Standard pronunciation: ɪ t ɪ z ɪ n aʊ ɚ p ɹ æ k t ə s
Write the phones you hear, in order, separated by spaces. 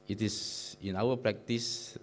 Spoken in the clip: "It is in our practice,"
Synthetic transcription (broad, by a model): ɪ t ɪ s ɪ n aʊ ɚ p ɹ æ k t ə s